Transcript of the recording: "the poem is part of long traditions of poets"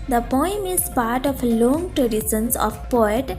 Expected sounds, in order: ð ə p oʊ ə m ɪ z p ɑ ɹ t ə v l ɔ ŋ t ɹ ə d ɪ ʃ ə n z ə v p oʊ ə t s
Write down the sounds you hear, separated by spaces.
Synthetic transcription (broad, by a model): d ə p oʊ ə m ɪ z p ɑ ɹ t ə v l ɔ ŋ t ɹ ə d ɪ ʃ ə n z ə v p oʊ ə t